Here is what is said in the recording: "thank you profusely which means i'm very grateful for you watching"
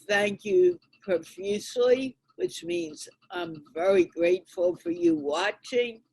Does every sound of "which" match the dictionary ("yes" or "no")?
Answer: yes